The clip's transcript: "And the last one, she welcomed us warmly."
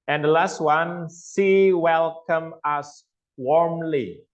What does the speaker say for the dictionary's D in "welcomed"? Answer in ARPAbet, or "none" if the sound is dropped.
none